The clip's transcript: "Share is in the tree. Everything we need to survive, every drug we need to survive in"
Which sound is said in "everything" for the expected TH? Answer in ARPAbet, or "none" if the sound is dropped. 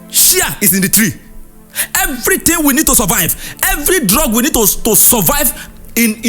T